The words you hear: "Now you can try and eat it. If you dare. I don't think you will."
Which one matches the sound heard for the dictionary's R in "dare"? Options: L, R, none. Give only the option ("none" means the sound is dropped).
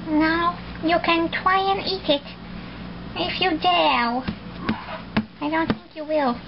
L